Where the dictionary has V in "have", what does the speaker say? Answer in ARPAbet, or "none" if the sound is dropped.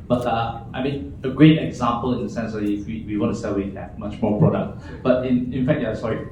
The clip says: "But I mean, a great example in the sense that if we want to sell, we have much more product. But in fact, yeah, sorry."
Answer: P